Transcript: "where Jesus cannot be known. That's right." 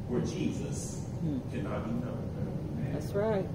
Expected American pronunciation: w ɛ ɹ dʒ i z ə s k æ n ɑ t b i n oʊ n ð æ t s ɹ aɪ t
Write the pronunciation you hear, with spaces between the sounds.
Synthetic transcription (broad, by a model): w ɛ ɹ dʒ i z ə s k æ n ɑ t b i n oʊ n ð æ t s ɹ aɪ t